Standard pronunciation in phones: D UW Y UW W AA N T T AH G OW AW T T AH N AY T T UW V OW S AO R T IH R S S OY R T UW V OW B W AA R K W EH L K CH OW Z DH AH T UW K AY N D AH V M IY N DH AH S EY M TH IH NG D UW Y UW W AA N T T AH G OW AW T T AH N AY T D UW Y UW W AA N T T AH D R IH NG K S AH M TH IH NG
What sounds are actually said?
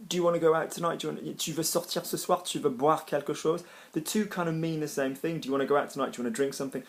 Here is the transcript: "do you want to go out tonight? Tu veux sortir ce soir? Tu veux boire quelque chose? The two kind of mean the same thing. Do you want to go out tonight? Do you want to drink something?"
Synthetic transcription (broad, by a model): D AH Y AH W AA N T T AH G OW AW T T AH N AY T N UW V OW S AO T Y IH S S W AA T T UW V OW B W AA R K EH L K SH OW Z DH AH T UW K AY N D AH V M IY N DH AH S EY M TH IH NG D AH Y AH W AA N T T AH G OW AW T T AH N AY T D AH W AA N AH D R IH NG K S AH M TH IH NG